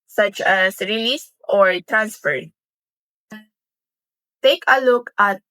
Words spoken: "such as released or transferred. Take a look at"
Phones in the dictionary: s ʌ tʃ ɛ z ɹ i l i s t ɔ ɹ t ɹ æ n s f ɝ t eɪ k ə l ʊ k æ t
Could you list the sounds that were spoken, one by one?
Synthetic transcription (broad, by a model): s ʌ tʃ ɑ s ɹ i l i s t ɔ ɹ t ɹ æ n s f ɝ t eɪ k ə l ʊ k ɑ t